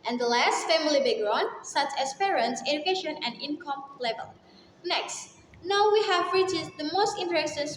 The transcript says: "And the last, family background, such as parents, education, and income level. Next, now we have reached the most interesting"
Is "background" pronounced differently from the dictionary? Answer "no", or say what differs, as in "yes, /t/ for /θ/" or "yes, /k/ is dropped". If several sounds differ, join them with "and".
yes, /k/ is dropped